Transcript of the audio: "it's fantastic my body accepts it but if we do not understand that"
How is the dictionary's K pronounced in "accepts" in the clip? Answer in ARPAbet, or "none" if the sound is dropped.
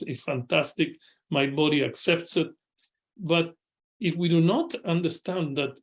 K